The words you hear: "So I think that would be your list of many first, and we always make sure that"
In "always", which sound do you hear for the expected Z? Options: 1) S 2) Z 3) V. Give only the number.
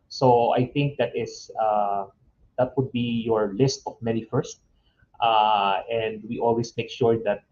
1